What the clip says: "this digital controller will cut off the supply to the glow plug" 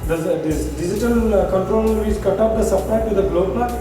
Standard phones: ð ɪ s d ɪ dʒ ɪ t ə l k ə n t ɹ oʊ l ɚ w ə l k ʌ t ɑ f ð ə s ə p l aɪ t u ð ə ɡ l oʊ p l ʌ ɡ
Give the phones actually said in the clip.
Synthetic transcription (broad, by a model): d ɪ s d ɪ dʒ ɪ t ə l k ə n t ɹ oʊ l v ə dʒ k ʌ t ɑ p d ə s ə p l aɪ t u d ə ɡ l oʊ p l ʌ